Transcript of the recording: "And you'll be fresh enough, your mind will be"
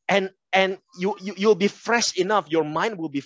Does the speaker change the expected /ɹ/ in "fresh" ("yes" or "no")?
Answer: no